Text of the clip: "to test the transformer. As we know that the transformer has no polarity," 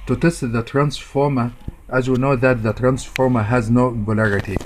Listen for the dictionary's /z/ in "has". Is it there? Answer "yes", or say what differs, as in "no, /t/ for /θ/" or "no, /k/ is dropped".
yes